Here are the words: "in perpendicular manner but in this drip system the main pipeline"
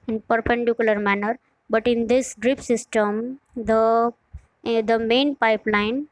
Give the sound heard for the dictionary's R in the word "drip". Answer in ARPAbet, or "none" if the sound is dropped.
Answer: R